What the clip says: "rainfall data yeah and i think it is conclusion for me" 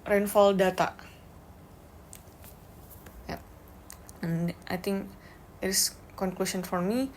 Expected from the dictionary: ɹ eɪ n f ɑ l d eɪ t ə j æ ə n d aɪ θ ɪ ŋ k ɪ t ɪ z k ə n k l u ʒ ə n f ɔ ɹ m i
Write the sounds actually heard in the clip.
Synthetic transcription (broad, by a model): ɹ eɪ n f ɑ l d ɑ t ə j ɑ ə n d aɪ t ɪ ŋ k ɪ t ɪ s k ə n k l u s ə n f ɔ ɹ m i